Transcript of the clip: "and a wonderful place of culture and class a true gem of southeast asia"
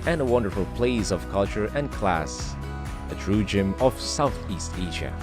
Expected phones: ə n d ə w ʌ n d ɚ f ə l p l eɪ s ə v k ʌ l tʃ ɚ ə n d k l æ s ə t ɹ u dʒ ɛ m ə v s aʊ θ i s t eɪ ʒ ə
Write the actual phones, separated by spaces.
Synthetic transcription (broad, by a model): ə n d ə w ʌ n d ɚ f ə l p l eɪ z ə v k ʌ l tʃ ɚ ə n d k l æ s ə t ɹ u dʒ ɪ m ə v s aʊ θ i s t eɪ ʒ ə